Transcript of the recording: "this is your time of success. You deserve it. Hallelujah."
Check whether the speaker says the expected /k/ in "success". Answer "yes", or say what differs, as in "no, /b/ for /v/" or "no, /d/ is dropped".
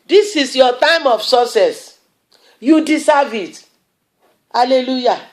no, /k/ is dropped